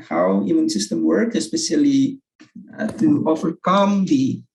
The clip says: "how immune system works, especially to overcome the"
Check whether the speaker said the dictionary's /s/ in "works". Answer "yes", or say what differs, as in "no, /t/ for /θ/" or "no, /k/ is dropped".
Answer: no, /s/ is dropped